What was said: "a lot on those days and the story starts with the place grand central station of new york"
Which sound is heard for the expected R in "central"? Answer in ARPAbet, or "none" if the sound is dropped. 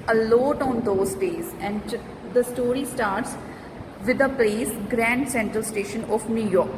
R